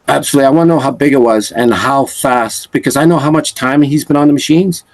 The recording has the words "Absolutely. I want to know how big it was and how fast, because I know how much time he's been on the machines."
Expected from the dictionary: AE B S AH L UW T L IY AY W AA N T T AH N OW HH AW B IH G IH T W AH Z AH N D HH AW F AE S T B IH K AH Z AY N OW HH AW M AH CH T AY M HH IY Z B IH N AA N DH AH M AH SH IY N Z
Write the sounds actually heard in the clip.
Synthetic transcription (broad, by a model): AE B S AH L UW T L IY AY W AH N OW HH AW B IH G IH T W AH Z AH N HH AW F AE S T B IH K AH Z AY N OW HH AW M AH CH T AY M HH IY Z B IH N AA N DH AH M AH SH IY N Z